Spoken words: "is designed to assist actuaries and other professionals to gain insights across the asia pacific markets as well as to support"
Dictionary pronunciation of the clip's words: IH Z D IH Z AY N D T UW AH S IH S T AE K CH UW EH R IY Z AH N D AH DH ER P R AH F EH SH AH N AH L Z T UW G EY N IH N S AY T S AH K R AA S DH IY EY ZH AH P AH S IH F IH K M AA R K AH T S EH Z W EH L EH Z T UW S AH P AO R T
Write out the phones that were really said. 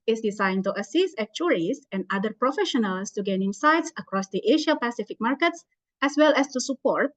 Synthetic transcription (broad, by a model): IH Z D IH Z AY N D T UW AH S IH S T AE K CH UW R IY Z AH N D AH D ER P R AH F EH SH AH N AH L S T UW G EY N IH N S AY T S AH K R AA S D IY EY SH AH P AH S IH F IH K M AA R K AH T S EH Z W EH L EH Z T UW S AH P AO R T